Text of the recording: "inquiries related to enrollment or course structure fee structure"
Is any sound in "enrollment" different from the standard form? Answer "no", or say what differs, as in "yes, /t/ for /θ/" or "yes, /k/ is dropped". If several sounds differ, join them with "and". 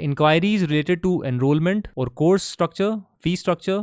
no